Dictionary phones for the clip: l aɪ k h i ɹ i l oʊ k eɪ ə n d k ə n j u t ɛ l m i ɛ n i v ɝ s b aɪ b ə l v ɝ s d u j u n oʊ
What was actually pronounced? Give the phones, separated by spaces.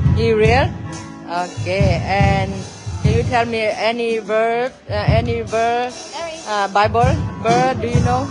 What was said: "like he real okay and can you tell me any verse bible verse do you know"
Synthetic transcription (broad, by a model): h i ɹ i l oʊ k eɪ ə n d k ə n j u t ɛ l m i ɛ n i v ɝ b aɪ b ə l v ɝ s d u j u n oʊ